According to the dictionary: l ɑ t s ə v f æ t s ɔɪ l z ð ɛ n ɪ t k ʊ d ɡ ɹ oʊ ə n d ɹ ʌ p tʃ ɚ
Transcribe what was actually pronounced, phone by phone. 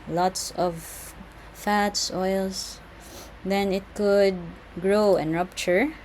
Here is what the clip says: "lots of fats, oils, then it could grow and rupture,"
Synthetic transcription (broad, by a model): l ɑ t s ə v f æ t s ɔɪ l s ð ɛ n ɪ t k ʊ d ɡ ɹ oʊ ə n ɹ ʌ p tʃ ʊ